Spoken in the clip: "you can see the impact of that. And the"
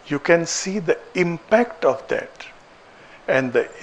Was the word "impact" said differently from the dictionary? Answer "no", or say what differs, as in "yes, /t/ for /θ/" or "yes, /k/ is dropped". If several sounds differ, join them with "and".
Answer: no